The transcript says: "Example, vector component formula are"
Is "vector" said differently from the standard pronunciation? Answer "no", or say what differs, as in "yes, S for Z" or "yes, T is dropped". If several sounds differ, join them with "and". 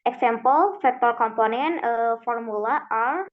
yes, F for V